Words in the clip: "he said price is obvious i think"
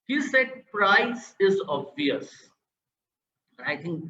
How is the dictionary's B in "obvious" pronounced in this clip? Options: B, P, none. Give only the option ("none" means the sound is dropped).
none